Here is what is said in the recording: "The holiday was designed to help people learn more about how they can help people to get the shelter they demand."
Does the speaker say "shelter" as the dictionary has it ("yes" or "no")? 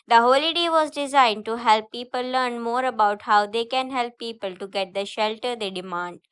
yes